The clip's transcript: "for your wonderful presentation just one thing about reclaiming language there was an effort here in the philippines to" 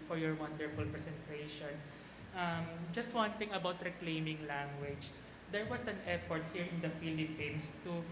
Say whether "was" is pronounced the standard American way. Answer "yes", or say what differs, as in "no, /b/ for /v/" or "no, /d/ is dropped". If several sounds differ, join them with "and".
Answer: no, /s/ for /z/